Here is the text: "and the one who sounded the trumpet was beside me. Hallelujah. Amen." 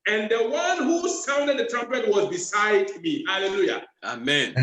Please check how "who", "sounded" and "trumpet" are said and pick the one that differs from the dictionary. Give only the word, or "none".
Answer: none